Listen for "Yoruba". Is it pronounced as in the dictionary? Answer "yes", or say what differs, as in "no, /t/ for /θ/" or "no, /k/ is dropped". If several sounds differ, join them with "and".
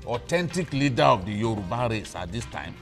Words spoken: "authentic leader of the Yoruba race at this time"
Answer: yes